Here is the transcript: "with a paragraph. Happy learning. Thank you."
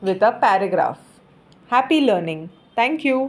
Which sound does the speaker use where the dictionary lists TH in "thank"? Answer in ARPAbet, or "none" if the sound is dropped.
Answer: T